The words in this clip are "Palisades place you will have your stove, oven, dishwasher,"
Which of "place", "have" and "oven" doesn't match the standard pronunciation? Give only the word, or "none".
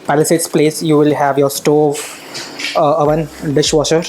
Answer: none